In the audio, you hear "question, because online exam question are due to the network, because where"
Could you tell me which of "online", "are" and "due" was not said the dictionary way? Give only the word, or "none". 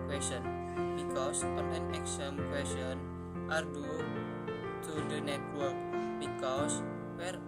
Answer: online